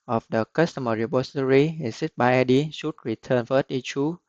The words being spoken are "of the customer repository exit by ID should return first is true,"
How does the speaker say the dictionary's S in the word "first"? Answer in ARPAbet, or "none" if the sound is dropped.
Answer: none